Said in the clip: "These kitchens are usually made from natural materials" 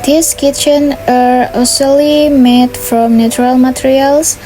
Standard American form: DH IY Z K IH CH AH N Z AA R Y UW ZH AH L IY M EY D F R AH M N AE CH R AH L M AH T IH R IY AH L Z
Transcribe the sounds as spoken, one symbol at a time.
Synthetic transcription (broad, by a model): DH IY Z K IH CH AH N AA R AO S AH L IY M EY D F R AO M N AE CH R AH L M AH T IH R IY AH L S